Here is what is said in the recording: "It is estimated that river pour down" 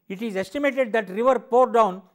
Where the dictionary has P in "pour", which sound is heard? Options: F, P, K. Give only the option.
P